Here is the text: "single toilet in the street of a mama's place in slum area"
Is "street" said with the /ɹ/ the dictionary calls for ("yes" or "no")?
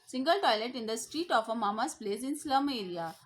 yes